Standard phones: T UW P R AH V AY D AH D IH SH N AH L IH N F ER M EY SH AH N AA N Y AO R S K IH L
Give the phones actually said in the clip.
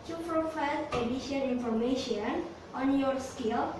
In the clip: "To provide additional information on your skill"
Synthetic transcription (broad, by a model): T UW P R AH F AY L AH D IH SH AH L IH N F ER M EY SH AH N AA N Y AO R S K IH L